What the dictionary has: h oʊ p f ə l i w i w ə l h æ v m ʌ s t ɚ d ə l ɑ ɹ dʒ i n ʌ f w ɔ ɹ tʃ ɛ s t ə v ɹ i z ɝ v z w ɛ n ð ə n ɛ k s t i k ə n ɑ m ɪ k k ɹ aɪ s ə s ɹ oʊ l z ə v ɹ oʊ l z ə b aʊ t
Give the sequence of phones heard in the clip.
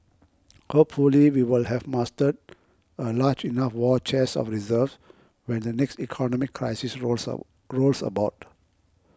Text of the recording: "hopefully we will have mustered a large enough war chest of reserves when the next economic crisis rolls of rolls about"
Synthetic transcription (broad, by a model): h oʊ p f ə l i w i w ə l h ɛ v m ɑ s t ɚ d ə l ɑ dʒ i n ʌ f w ɔ tʃ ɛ s ə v ɹ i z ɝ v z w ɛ n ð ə n ɛ k s t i k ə n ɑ m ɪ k k ɹ aɪ s ə s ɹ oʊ l ɹ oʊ l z ə b aʊ t